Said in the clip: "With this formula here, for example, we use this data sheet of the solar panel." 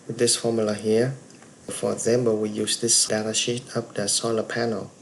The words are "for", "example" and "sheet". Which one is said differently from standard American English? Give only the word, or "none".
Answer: example